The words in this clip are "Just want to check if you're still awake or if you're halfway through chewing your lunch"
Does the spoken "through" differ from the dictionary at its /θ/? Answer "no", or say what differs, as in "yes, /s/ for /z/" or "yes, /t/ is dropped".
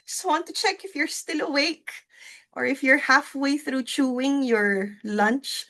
no